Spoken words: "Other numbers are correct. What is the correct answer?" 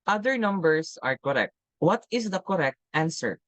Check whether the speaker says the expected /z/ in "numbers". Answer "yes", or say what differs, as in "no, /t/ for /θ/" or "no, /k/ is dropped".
no, /s/ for /z/